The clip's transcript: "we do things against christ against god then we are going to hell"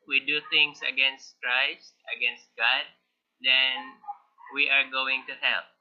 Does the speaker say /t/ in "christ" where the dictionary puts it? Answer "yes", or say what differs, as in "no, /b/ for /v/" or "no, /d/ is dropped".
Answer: yes